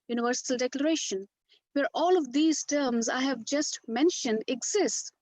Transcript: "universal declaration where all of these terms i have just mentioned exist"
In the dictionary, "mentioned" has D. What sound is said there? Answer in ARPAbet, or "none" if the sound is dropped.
D